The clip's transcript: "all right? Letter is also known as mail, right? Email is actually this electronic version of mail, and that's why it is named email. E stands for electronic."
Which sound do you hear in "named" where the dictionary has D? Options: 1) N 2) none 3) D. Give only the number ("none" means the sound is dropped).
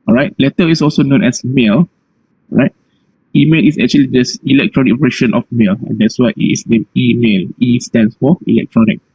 2